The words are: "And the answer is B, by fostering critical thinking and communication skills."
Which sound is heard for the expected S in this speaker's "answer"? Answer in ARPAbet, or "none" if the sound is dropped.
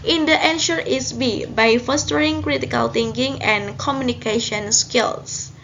SH